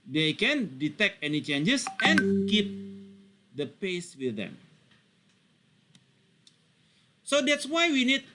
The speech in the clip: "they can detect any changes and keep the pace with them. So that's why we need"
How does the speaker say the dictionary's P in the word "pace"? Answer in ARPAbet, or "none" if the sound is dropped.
P